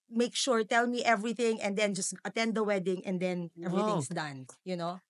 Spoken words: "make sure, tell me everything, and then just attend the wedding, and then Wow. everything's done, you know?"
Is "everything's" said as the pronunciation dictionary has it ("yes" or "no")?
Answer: no